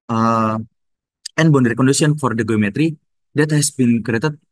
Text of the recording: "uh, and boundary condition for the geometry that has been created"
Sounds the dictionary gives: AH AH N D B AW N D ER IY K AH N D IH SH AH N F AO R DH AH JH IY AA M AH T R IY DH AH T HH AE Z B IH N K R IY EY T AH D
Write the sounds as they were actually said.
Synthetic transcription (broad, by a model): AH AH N B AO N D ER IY K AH N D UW S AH N F AO R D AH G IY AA M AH T R IY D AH T HH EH S B IH N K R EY T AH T